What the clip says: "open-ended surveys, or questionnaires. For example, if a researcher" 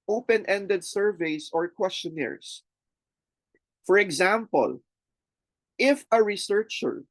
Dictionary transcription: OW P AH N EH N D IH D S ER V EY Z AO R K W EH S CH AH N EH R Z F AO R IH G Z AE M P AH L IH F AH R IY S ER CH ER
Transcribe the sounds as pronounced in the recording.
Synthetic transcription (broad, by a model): OW P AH N EH N D IH D S ER V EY S AO R K W EH S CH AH N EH R S F AO R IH G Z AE M P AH L IH F AH R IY S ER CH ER